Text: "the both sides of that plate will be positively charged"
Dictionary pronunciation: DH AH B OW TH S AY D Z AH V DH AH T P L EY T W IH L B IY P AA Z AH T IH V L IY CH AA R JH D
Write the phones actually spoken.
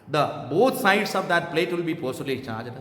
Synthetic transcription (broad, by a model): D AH B OW T S AY D S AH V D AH T P L EY T W IH L B IY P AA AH S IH L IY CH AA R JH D